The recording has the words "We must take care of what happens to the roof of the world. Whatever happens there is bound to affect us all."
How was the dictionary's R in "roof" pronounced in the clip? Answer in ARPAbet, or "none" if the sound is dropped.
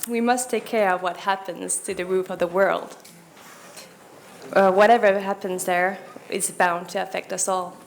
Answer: R